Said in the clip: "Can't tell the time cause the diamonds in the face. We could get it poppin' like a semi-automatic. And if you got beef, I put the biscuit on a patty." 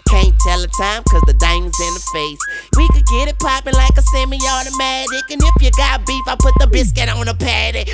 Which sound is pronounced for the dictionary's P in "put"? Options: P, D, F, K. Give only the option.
P